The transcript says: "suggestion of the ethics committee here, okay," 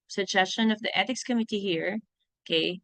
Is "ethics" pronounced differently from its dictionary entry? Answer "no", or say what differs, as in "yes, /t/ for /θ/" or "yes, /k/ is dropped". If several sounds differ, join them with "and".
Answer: yes, /t/ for /θ/